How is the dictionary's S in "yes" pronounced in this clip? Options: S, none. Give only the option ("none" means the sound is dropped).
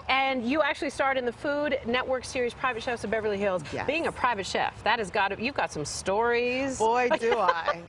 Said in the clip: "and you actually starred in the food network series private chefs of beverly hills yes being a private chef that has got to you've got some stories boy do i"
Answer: none